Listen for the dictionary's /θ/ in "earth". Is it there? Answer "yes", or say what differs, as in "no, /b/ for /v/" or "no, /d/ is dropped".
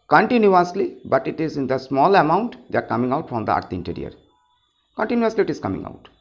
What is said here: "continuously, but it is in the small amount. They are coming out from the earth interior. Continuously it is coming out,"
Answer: no, /t/ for /θ/